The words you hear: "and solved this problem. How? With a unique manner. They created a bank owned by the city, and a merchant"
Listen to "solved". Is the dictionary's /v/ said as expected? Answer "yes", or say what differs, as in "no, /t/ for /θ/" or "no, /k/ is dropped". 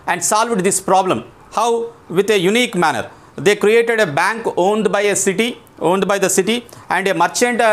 yes